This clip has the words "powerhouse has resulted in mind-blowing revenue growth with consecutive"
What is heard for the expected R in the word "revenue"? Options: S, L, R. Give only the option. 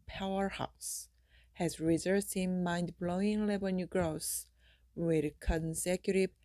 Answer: L